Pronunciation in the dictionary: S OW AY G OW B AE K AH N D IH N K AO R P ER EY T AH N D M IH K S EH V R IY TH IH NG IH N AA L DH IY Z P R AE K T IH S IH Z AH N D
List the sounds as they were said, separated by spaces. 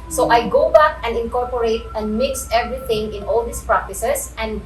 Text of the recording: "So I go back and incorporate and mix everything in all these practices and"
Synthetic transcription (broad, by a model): S OW AY G OW B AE K AH N D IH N K AO R P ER EY T AH N D M IH K S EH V R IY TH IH NG IH N AA L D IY S P R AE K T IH S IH S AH N D